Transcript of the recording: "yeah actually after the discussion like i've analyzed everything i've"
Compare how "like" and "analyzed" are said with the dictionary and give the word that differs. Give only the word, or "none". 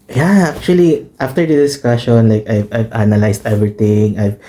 analyzed